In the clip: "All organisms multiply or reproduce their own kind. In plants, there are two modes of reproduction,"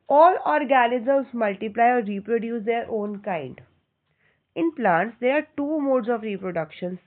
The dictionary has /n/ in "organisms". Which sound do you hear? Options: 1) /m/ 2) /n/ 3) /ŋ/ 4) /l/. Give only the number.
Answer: 4